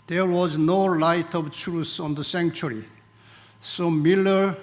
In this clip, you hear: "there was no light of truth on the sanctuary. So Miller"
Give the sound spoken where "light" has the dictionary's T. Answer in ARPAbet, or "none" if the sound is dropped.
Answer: T